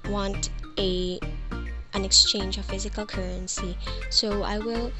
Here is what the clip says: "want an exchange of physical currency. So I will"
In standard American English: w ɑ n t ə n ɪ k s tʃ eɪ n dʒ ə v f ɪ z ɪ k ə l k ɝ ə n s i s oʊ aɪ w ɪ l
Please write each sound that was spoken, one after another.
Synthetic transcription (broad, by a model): w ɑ n t ə n ɪ k s tʃ eɪ n dʒ ə v f ɪ z ɪ k ə l k ɝ ə n s i s oʊ aɪ w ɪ l